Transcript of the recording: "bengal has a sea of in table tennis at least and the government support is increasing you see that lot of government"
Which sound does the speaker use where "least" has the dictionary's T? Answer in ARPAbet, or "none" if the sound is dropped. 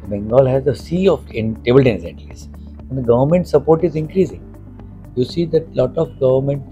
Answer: none